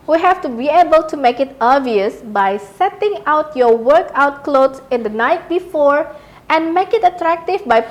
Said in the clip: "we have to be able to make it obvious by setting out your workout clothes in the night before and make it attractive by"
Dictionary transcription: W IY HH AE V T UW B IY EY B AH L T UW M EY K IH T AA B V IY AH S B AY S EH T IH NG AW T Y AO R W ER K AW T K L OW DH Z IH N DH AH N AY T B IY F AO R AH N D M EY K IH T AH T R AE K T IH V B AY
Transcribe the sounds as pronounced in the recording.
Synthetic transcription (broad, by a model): W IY HH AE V T UW B IY EY B AH L T UW M EY K IH T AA V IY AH S B AY S EH T IH NG AW T Y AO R W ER K AW T K L OW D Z IH N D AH N AY T B IY F AO R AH N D M EY K IH T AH T R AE K T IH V B AY